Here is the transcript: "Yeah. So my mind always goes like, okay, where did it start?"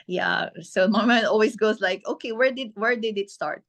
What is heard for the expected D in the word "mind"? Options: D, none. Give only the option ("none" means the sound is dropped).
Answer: none